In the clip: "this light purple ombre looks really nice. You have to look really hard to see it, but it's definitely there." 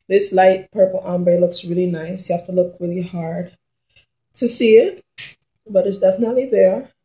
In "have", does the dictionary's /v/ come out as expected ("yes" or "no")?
no